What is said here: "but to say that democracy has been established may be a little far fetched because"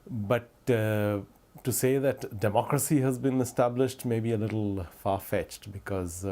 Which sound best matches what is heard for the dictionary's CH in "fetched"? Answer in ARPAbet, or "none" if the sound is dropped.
CH